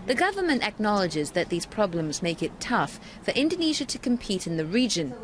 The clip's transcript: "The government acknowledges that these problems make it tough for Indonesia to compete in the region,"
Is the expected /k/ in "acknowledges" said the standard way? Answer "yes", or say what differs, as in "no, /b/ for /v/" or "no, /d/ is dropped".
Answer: yes